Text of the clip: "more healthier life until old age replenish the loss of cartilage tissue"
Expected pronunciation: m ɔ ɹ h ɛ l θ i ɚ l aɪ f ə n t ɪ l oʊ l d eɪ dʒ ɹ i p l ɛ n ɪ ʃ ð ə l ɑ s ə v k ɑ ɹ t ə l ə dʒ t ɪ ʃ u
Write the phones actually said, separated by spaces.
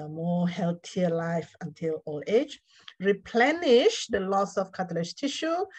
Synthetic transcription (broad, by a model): m ɔ h ɛ l t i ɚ l aɪ f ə n t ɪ l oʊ l eɪ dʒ ɹ i p l ɛ n ɪ ʃ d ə l ɑ s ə f k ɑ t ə l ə ʃ t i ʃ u